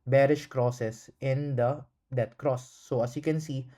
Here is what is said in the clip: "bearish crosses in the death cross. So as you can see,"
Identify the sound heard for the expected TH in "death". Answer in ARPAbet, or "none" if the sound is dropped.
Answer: T